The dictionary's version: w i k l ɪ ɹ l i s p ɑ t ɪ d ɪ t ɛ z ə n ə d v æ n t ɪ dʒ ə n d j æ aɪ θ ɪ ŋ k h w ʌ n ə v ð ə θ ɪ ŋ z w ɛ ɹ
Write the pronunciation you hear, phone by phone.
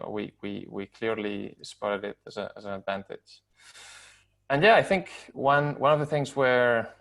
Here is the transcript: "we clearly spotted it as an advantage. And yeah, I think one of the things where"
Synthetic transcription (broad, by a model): w i k l ɪ ɹ l i s p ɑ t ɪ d ɪ t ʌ z ə n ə d v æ n t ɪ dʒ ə n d j æ aɪ θ ɪ ŋ k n w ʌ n ə v ð ə θ ɪ ŋ z w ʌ ɹ